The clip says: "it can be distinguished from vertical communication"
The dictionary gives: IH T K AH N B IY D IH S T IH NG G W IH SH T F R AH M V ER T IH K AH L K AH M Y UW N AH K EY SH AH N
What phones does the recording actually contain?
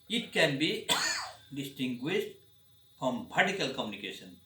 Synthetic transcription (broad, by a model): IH T K AH N B IY D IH S T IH NG G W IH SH T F R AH M P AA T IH K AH L K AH M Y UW N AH K EY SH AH N